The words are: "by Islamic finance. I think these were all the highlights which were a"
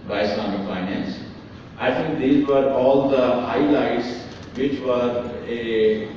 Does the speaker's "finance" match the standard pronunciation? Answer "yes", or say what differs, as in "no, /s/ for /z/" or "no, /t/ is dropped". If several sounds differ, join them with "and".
yes